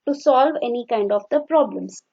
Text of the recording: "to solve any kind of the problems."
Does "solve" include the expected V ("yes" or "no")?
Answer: yes